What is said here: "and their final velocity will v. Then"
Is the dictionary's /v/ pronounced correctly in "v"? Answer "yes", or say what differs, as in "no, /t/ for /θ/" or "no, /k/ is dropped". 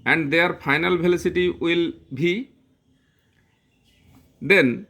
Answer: no, /b/ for /v/